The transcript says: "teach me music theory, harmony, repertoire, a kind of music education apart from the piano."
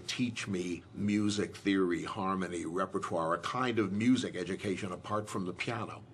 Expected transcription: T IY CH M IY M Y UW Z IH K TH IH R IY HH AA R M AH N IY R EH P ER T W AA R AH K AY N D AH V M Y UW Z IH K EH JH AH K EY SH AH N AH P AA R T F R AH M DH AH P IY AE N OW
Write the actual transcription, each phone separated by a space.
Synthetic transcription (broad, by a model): T IY CH M IY M Y UW Z IH K TH IH R IY HH AA R M AH N IY R EH P ER T W AA R AH K AY N D AH V M Y UW Z IH K EH JH AH K EY SH AH N AH P AA R T F R AH M DH AH P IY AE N OW